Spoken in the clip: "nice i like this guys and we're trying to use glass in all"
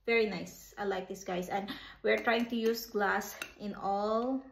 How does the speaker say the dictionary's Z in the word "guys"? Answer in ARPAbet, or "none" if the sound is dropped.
S